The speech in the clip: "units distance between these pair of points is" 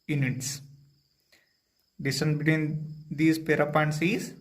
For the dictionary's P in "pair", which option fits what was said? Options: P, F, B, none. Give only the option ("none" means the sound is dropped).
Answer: P